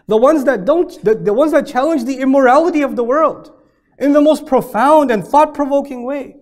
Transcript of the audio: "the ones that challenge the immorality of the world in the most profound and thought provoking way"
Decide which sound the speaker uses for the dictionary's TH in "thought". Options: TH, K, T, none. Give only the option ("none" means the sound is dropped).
TH